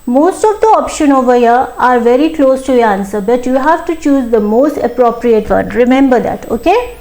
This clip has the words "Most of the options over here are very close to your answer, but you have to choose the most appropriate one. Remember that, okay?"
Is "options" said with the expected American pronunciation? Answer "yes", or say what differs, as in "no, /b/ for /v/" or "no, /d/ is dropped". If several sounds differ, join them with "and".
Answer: no, /z/ is dropped